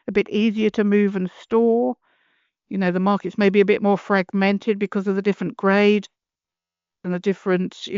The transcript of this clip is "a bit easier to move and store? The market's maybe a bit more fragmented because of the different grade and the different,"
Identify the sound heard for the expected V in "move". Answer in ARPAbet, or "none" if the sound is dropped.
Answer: V